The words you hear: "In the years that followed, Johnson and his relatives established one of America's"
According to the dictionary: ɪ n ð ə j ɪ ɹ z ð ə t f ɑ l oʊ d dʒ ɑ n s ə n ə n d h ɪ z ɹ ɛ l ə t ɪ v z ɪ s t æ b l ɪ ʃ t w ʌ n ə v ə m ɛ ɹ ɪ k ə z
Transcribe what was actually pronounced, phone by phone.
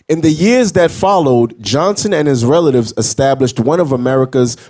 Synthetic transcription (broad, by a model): ɪ n ð ə j ɪ ɹ z ð ə t f ɑ l oʊ d dʒ ɑ n s ə n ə n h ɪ z ɹ ɛ l ə t ɪ v z ɪ s t æ b l ɪ ʃ t w ʌ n ə v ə m ɛ ɹ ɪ k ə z